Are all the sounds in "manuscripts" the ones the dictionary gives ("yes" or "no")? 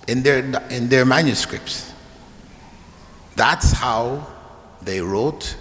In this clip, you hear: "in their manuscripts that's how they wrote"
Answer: yes